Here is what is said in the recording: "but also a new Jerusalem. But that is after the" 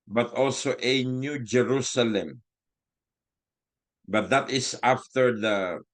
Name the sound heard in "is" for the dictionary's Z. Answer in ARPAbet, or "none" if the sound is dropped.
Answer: S